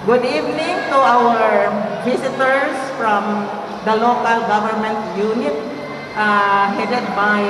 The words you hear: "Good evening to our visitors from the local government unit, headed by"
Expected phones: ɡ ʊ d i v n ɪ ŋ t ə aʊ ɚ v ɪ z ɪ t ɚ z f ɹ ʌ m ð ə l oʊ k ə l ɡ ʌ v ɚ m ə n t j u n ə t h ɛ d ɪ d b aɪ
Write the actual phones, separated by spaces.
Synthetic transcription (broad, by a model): ɡ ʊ d i v n ɪ ŋ t ə aʊ ɚ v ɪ s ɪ t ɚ s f ɹ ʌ m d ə l oʊ k ə l ɡ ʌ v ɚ m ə n t j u n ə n h ɛ d ɪ d b aɪ